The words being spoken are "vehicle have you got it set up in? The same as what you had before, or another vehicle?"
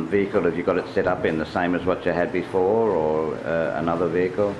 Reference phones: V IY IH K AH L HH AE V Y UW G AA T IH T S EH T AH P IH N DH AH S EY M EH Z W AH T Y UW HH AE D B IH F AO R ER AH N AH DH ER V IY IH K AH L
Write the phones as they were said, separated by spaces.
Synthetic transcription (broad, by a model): V IY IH K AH L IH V Y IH G AA T IH T S EH T AH P IH N DH AH S EY M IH Z W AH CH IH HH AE D B IH F AO R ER AH N AH DH ER V IY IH K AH L